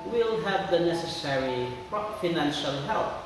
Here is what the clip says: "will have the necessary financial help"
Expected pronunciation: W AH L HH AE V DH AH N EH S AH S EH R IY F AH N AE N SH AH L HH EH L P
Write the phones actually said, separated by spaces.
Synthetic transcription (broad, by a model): W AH L HH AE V DH AH N EH S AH S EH R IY F AH N AE N SH AH L HH EH L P